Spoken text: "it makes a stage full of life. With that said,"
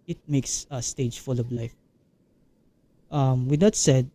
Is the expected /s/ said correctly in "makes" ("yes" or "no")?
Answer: yes